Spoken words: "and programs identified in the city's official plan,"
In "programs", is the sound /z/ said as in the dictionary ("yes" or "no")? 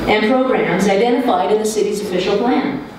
yes